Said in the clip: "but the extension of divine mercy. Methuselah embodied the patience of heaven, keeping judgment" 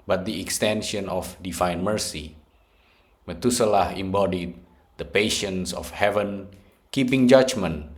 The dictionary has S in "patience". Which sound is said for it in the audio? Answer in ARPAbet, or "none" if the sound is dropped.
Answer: S